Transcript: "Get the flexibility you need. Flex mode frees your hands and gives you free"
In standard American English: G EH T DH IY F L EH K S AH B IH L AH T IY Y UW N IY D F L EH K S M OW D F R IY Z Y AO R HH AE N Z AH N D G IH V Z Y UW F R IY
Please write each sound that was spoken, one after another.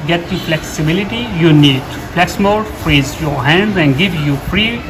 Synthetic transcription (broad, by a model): G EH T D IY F L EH K S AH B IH L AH T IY Y UW N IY D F L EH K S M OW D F R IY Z Y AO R HH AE N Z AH N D G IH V Y UW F R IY